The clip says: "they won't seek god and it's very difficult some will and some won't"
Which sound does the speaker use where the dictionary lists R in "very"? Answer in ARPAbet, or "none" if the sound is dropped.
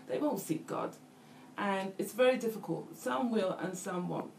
R